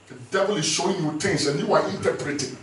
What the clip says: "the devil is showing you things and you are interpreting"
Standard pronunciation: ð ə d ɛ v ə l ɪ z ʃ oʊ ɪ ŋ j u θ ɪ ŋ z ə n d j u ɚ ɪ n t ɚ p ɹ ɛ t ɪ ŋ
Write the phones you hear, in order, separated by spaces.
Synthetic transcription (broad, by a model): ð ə d ɛ v ə l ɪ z ʃ oʊ ɪ ŋ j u t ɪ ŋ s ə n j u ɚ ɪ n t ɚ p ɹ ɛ t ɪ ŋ